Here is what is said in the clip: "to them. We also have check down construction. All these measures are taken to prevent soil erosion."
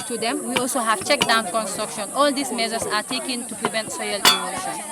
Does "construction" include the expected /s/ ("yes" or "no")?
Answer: yes